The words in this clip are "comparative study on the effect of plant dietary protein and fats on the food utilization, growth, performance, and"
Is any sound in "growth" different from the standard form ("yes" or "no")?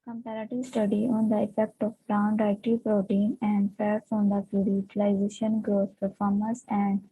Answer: yes